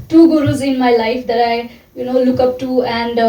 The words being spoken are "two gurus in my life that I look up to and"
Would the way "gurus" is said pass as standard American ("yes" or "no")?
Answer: yes